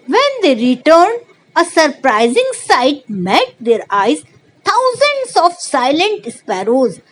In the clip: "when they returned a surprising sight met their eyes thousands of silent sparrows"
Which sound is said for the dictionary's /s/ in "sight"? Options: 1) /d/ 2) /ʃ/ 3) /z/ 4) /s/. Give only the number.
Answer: 4